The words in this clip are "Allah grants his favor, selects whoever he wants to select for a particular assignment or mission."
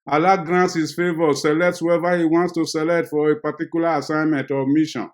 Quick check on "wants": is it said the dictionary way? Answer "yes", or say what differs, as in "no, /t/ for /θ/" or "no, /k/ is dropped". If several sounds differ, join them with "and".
yes